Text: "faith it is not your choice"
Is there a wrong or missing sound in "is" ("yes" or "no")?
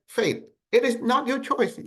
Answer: no